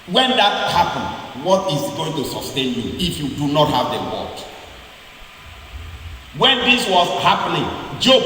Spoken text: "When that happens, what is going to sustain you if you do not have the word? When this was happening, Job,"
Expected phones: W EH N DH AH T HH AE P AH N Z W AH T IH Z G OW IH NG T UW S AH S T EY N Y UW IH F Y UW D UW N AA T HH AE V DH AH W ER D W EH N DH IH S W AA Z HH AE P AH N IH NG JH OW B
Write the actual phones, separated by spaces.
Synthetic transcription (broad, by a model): W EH N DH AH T HH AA P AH N W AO T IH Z G OW IH NG T UW S AH S T EY N Y UW IH F Y UW D UW N AA T HH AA V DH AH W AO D W EH N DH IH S W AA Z HH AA P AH N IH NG JH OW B